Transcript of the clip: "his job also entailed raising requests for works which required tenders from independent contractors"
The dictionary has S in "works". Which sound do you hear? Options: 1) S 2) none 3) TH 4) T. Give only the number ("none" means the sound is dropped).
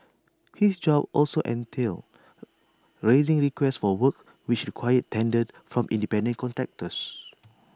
2